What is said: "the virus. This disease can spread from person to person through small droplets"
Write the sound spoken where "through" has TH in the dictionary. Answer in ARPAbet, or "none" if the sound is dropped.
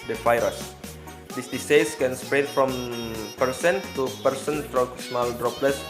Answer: F